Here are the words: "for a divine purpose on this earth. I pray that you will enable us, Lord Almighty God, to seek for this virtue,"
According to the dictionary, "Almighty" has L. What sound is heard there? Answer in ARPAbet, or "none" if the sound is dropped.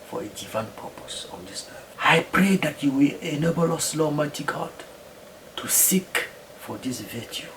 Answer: none